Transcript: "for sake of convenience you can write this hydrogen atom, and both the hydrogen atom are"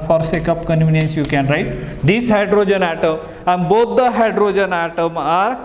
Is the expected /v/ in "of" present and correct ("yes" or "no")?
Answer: no